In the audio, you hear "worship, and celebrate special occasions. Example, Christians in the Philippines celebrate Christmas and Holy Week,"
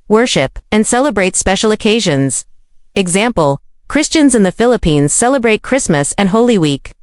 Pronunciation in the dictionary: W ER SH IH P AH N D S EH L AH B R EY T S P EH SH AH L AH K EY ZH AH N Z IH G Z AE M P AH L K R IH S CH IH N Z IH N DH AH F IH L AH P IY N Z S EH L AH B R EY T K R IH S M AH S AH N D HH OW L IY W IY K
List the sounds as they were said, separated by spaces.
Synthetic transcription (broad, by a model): W ER SH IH P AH N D S EH L AH B R EY T S P EH SH L AH K EY ZH AH N Z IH G Z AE M P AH L K R IH S CH IH N Z IH N DH AH F IH L AH P IY N Z S EH L AH B R EY T K R IH S M AH S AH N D HH OW L IY W IY K